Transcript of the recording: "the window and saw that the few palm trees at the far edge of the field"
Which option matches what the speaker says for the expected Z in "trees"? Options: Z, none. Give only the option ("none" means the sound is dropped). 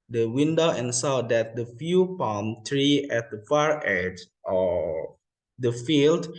none